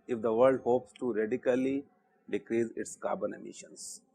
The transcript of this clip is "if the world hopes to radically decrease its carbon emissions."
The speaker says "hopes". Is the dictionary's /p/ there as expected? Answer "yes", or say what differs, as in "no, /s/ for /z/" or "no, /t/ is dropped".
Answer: yes